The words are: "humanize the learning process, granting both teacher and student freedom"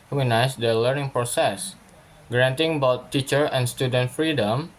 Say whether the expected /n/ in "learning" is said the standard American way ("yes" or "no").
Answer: yes